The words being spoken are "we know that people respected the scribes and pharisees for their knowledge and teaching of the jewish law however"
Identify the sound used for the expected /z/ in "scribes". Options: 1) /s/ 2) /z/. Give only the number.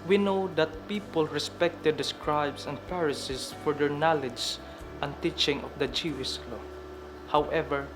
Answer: 1